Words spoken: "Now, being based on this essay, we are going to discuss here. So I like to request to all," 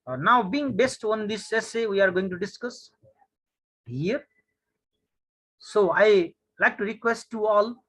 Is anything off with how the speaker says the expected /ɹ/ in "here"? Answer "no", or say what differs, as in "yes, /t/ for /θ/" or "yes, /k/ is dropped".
no